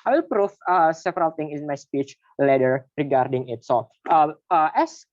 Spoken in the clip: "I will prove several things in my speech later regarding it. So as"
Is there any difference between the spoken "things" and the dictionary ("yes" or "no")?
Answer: yes